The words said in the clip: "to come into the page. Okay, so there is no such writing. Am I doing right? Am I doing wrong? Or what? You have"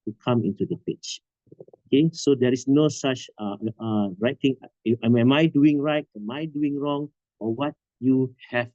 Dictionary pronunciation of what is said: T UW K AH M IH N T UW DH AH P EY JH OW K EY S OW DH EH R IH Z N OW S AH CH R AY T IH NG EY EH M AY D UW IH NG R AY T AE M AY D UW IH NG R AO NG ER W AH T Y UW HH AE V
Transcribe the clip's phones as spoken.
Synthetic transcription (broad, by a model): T UW K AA M IH N T UW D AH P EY CH OW K EY S OW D EH R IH S N OW S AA CH R AY T IH NG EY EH M AY D UW IH NG R AY T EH M AY D UW IH NG R AO NG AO W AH T Y UW HH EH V